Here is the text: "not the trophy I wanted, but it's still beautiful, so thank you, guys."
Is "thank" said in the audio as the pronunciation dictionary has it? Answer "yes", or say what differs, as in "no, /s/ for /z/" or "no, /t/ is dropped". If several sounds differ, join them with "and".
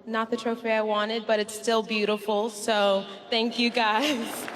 yes